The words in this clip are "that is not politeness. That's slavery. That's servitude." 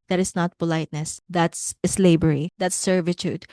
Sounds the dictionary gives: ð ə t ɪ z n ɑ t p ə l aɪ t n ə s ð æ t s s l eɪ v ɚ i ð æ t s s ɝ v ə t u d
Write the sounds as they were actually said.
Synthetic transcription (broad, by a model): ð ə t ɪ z n ɑ t p ə l aɪ t n ə s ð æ t s s l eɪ b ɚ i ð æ t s s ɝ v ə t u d